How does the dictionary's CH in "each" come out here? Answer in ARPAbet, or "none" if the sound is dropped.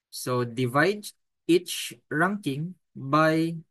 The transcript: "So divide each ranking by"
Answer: CH